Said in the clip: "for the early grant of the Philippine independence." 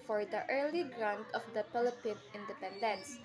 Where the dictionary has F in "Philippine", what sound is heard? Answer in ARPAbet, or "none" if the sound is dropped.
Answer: P